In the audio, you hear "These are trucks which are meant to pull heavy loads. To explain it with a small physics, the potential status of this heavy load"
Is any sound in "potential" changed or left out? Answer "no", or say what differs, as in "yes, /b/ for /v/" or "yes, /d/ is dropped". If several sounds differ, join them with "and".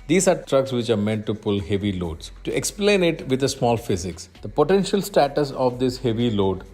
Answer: no